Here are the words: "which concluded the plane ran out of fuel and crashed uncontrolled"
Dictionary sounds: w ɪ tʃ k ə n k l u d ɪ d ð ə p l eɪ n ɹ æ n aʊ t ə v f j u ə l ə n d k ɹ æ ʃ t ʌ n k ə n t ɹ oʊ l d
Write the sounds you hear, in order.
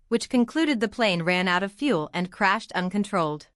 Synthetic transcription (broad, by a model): w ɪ tʃ k ə n k l u d ɪ d ð ə p l eɪ n ɹ æ n aʊ t ə v f j u l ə n k ɹ æ ʃ t ʌ n k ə n t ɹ oʊ l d